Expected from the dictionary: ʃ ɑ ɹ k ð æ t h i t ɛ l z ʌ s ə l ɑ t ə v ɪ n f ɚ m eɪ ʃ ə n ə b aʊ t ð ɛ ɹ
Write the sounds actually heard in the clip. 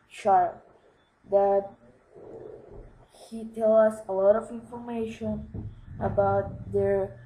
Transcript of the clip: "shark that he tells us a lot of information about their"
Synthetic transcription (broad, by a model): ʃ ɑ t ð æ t h i t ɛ l ʌ s ə l ɑ t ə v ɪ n f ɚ m eɪ ʃ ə n ə b aʊ t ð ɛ ɹ